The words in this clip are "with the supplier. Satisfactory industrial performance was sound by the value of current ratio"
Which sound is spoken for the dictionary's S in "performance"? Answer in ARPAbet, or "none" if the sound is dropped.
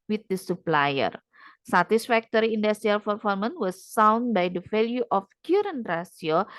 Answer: none